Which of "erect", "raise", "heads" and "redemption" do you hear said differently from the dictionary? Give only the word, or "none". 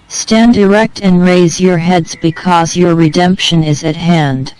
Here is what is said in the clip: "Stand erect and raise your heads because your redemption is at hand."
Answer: none